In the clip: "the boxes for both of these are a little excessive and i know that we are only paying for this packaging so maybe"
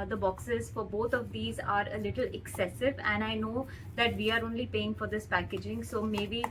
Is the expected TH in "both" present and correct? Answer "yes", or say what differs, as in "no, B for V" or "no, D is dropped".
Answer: no, T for TH